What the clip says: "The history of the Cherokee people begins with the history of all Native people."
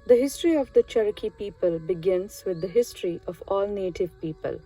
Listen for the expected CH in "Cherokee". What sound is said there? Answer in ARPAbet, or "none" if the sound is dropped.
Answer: CH